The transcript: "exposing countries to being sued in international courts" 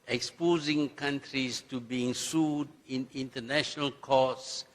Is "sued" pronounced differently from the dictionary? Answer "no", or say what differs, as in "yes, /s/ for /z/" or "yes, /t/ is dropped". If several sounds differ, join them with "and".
no